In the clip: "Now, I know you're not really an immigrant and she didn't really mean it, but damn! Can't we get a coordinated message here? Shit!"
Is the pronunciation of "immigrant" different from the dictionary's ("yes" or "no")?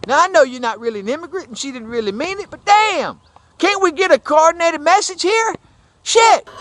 yes